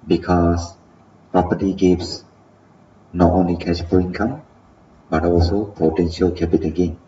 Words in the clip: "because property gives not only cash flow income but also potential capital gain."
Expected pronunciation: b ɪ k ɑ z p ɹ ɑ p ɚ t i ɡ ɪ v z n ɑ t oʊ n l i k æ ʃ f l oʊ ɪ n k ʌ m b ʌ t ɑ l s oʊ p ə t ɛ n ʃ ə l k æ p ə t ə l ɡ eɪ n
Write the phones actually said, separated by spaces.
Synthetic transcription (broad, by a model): b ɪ k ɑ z p ɹ ɑ p ɚ t i ɡ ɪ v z n ɑ t oʊ n l i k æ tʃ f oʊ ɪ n k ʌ m b ʌ t ɑ l s oʊ p ə t ɛ n ʃ ə l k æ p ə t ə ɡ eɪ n